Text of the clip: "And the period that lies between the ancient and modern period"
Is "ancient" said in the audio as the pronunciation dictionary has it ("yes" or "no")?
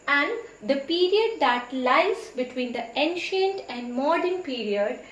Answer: yes